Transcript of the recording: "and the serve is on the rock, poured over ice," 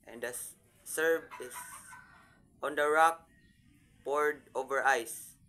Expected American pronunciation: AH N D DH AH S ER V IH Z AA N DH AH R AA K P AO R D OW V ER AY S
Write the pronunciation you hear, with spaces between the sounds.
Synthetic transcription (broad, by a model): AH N D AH S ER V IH S AA N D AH R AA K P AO R D OW V ER AY S